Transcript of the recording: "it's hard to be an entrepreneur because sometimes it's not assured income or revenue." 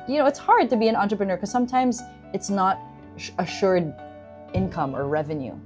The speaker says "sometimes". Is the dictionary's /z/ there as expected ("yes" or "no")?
yes